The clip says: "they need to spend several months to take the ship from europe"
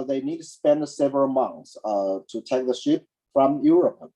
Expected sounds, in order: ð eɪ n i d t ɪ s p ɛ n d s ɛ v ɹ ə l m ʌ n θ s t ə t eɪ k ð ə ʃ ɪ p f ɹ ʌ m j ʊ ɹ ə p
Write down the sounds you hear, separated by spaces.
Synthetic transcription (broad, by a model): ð eɪ n i d t ɪ s p ɛ n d s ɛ v ə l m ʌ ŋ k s t ə t eɪ k ð ə ʃ ɪ p f ɹ ʌ m j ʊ ɹ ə p